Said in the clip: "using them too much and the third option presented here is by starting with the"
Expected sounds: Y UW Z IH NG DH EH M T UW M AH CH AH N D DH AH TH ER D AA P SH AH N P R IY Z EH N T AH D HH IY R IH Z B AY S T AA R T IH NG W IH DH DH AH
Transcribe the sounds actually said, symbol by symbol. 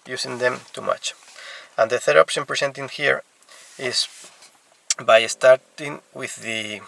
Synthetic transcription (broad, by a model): Y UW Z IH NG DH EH M T UW M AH CH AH N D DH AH TH ER D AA P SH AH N P R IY S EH N T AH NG HH IY R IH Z B AY S T AA R T IH NG W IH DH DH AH